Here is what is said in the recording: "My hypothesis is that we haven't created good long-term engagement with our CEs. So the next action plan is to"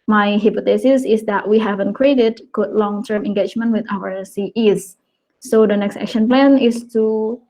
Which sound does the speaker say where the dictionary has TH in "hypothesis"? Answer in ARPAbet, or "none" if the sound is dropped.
T